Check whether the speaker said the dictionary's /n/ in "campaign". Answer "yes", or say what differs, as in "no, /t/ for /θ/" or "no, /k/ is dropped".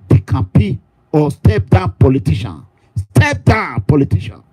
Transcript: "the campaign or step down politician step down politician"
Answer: no, /n/ is dropped